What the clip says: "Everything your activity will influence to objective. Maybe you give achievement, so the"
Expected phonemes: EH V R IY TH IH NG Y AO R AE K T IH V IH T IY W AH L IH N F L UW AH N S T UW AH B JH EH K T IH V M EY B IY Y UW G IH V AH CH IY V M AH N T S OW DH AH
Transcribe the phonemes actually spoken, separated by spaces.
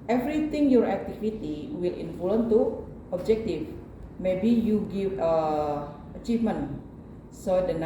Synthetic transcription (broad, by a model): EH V R IY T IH NG Y AO R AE K T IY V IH T IY W AH L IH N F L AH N T UW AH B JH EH K T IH F M EY B IY Y UW G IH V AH CH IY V M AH N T S OW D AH